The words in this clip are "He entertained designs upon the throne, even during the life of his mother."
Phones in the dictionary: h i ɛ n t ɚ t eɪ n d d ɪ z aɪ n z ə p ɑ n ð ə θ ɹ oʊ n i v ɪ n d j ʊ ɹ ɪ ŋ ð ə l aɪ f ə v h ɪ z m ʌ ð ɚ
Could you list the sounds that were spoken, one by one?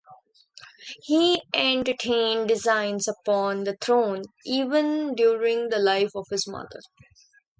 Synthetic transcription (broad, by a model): h i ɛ n t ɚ t eɪ n d d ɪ z aɪ n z ə p ɑ n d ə t ɹ oʊ n i v ɪ n d j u ɹ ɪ ŋ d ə l aɪ f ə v h ɪ z m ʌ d ɚ